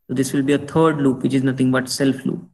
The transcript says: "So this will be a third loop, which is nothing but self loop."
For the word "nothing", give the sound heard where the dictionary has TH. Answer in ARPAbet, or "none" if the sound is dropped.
T